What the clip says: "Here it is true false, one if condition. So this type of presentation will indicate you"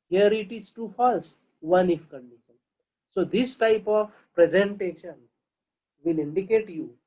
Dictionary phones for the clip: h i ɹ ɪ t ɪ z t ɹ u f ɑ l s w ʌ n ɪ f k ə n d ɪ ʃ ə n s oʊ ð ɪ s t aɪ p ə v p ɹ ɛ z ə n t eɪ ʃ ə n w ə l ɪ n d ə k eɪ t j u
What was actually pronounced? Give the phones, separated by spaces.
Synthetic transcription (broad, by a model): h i ɹ ɪ t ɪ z t u f ɑ l s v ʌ n ɪ f k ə n d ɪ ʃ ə n s oʊ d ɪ s t aɪ p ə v p ɹ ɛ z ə n t eɪ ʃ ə n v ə l ɪ n d ə k eɪ t j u